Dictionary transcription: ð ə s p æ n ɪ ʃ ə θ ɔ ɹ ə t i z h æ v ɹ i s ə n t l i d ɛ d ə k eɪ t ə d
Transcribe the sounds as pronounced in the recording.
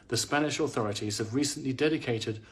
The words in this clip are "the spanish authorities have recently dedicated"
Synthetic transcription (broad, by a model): ð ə s p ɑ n ɪ ʃ ə θ ɔ ɹ ə t i z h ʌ v ɹ i s ə n t l i d ɛ d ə k eɪ t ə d